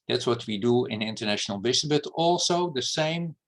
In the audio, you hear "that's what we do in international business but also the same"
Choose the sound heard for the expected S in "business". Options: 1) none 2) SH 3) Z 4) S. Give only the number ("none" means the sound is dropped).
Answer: 1